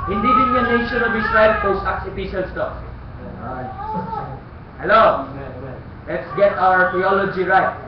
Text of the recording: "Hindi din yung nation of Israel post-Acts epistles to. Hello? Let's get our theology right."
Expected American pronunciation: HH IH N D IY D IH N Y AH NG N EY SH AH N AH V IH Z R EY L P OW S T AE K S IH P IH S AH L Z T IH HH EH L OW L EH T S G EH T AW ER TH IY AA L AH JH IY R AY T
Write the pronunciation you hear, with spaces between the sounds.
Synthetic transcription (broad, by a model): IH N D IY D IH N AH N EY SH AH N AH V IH S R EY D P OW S AA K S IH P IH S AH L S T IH HH EH L OW L EH T S G EH T AW ER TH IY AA L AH JH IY R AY T